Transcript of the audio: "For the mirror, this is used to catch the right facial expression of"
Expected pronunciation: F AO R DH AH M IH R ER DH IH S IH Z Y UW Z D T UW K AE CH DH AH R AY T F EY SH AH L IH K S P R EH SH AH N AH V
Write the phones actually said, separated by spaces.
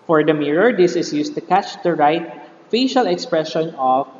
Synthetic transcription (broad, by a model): F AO R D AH M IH R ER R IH S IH S Y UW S T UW K AE CH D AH R AY T F EY SH AH L IH K S P R EH SH AH N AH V